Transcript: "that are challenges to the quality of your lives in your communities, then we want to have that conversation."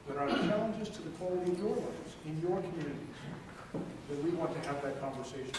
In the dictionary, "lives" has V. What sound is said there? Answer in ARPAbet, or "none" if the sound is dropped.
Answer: none